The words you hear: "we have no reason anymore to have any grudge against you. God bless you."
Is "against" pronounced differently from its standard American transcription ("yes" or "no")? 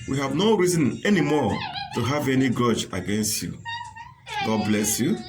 no